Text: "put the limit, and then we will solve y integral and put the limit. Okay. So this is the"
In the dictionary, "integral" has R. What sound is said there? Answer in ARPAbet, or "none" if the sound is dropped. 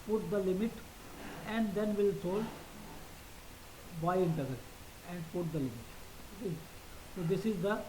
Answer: none